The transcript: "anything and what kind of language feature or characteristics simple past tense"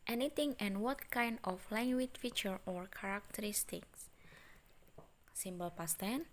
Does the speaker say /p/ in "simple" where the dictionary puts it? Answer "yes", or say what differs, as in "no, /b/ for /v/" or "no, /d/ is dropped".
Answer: no, /b/ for /p/